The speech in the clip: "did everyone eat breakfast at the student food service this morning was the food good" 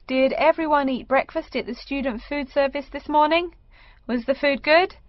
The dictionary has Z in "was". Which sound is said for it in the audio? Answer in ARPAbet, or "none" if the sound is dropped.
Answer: Z